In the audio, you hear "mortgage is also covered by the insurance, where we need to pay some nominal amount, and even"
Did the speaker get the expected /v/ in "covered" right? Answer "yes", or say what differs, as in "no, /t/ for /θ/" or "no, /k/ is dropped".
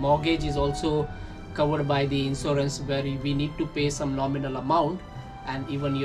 yes